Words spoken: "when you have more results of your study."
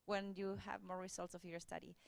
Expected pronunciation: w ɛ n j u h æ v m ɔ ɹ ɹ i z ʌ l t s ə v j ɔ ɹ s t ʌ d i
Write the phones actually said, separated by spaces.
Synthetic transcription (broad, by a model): w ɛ n j u h æ v m ɔ ɹ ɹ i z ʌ l t s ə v j ɔ ɹ s t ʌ d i